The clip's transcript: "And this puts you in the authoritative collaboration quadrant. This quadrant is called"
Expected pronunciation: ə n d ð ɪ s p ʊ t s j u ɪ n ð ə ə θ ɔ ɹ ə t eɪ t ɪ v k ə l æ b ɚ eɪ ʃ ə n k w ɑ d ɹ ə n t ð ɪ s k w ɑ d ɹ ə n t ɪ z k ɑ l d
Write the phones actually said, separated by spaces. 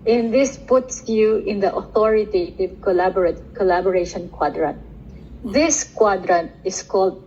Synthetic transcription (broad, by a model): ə n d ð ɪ s p ʊ t s j u ɪ n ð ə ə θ ɔ ɹ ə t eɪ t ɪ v k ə l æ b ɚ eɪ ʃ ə n k w ɑ d ɹ ə n t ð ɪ s k w ɑ d ɹ ə n t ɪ s k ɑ l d